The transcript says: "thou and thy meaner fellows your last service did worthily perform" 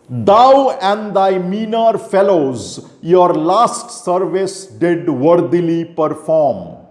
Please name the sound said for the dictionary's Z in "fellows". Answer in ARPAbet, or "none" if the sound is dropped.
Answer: Z